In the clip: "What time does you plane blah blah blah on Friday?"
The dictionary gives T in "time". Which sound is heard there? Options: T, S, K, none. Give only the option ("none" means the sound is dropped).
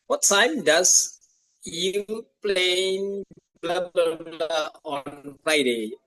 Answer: S